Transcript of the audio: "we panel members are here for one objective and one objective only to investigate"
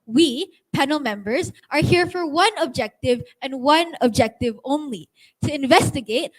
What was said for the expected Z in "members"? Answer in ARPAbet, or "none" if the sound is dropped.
Z